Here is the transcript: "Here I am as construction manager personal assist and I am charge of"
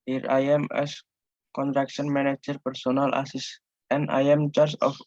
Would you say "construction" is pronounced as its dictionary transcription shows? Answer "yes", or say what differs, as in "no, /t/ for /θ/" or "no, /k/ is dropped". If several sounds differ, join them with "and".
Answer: no, /s/ is dropped